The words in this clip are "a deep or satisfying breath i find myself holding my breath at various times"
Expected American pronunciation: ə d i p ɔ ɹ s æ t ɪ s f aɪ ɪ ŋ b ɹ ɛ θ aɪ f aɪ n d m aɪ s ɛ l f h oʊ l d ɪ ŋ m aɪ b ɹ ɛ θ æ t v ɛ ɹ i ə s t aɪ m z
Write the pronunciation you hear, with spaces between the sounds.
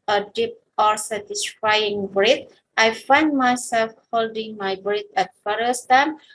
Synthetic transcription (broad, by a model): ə d i p ɔ ɹ s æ t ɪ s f aɪ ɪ ŋ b ɹ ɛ t aɪ f aɪ n d m aɪ s ɛ l f h oʊ l d ɪ ŋ m aɪ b ɹ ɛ t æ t f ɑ ɹ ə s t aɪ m